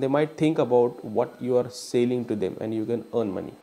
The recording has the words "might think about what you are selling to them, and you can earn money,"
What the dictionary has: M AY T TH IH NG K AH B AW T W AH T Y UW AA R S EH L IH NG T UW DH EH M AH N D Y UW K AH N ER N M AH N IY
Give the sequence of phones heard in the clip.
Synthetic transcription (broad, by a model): M AY T T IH NG K AH B AW T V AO T Y UW AA R S EH L IH NG T UW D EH M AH N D Y UW K AH N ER N M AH N IY